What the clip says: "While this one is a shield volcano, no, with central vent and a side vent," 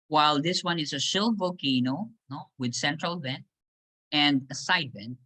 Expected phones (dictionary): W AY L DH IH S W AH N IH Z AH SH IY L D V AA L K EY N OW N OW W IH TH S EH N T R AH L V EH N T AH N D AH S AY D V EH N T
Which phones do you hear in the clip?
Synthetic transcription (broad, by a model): W AY L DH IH S W AH N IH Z AH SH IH L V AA K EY N OW N OW W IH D S EH N T R AH L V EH N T AH N D AH S AY D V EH N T